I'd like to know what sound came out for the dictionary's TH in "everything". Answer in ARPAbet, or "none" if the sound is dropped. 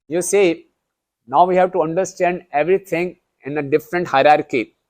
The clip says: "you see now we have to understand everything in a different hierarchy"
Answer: T